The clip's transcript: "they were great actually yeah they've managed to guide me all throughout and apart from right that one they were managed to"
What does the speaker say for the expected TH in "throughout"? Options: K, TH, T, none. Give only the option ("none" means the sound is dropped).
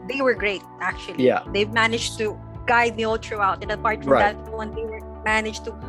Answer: T